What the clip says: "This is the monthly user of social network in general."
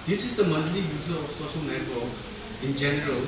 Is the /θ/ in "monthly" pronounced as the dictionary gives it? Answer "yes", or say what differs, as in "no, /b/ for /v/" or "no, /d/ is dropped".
no, /t/ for /θ/